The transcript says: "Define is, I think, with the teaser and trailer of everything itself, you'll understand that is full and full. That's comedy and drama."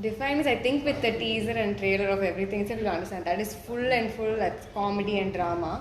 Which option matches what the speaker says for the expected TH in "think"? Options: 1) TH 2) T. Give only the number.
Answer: 2